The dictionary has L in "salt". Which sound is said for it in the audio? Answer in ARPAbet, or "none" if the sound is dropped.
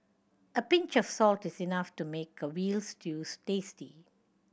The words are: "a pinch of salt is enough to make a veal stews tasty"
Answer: L